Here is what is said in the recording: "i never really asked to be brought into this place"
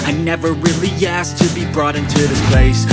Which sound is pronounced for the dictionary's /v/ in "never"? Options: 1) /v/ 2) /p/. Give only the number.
1